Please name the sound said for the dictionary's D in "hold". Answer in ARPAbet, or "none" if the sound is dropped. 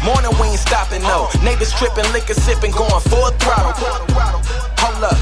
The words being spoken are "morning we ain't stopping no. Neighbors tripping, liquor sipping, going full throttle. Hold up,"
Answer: none